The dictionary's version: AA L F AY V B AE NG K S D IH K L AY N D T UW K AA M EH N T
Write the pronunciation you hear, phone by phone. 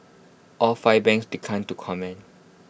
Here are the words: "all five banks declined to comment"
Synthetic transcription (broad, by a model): AA L F AY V B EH NG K S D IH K AY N T UW K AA M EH N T